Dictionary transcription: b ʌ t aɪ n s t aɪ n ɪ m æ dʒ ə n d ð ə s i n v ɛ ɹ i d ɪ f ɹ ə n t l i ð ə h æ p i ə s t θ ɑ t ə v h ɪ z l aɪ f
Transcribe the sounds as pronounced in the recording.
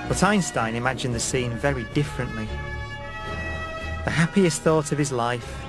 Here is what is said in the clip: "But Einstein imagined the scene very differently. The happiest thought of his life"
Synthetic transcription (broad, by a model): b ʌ t aɪ n s t aɪ n ɪ m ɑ dʒ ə n ð ə s i n v ɛ ɹ i d ɪ f ɹ ə n t l i ð ə h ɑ p i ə s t θ ɑ t ə v ɪ z l aɪ f